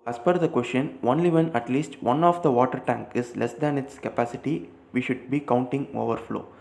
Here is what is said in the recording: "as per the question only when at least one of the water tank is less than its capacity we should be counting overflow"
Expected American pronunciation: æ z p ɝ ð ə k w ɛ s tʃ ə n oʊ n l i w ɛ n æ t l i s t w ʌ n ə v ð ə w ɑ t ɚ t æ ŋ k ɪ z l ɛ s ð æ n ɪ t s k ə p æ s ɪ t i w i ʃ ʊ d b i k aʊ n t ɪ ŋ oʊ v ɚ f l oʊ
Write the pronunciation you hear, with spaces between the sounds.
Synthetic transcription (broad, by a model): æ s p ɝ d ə k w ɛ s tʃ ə n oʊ n l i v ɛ n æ t l i s t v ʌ n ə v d ə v ɑ t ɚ t æ ŋ k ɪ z l ɛ s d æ n ɪ t s k ə p æ s ɪ t i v i ʃ ʊ d b i k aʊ n t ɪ ŋ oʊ v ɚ f l oʊ